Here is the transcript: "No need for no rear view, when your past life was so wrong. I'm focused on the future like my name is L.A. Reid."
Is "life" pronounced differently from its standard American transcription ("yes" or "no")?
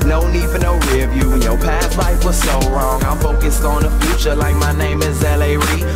no